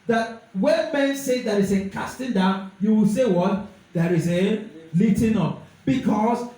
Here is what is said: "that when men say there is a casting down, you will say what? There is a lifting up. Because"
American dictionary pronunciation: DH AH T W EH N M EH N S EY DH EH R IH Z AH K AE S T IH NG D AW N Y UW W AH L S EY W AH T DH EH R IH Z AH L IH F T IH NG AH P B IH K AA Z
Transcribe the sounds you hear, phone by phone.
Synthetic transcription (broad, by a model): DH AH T W EH N M EH N S EY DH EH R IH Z AH K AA S T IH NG D AW N Y UW W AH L S EY W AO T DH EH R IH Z AH L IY T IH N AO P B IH K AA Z